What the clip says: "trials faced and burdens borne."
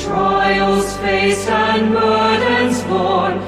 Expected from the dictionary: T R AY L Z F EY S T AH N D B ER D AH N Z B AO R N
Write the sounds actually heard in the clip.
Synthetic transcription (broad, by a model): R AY L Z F EY S AH N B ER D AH N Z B AO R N